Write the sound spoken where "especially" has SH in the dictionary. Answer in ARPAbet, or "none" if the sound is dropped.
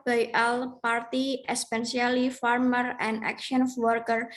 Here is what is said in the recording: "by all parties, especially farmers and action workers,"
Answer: S